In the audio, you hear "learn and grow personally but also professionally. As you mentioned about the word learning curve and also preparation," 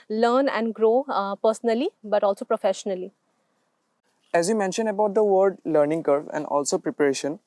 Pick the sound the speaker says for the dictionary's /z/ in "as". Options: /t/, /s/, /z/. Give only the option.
/z/